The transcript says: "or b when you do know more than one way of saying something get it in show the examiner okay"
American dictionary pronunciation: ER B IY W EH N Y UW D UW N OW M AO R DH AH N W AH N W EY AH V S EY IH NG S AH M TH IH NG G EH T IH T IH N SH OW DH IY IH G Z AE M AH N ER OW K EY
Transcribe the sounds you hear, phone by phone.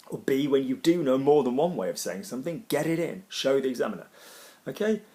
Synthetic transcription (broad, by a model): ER B IY W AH N Y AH D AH N OW M AO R DH AH N W AH N W EY AH V S EY IH NG S AH M TH IH NG G EH T IH T IH N SH OW DH IY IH G Z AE M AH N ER OW K EY